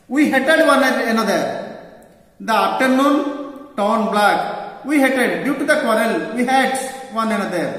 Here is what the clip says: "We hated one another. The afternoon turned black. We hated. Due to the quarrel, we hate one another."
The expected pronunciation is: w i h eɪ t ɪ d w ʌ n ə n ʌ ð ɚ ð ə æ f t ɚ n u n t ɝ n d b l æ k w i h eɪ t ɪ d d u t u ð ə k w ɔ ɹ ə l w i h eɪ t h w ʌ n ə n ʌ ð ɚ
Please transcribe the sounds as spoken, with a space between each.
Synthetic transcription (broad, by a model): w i h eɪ t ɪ d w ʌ n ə n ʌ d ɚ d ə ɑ p t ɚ n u n t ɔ n b l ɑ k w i h eɪ t ɪ d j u t u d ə k w ɔ ɹ ə l w i h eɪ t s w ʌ n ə n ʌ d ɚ